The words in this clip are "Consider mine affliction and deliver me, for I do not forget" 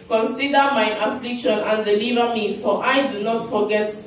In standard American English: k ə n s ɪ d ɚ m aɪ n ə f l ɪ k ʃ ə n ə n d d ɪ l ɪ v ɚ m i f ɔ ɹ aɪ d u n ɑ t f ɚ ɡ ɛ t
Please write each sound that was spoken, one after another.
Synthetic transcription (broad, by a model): k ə n s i d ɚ m aɪ ə f l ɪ k ʃ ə n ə n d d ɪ l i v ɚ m i f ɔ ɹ aɪ d u n ɑ t f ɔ ɡ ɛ t